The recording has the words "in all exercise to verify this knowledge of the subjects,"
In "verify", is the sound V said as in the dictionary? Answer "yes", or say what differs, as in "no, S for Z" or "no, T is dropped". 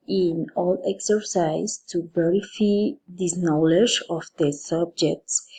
no, B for V